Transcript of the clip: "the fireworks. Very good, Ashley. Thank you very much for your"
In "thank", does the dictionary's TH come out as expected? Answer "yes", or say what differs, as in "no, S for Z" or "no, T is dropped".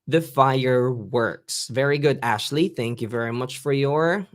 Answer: yes